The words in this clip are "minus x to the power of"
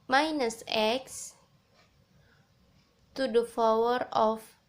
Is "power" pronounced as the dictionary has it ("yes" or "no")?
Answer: no